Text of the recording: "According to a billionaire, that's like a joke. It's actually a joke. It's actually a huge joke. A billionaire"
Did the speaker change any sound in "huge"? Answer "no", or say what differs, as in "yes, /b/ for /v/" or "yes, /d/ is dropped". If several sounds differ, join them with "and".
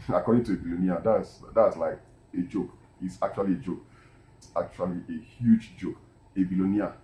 no